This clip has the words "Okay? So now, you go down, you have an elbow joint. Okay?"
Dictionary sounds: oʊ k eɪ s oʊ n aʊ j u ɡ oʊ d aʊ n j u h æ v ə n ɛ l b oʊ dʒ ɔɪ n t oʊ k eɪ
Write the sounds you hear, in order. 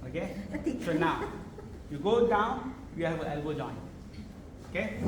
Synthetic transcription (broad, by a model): oʊ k eɪ s oʊ n aʊ j u ɡ oʊ d aʊ n j u h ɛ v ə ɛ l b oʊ dʒ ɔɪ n oʊ k eɪ